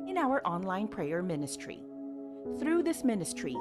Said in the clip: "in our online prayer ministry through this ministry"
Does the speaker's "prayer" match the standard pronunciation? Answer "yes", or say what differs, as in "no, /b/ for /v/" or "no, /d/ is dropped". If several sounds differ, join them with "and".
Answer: yes